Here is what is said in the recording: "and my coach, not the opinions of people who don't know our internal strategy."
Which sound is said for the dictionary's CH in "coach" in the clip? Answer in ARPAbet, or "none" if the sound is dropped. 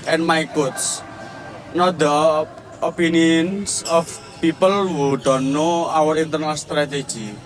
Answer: S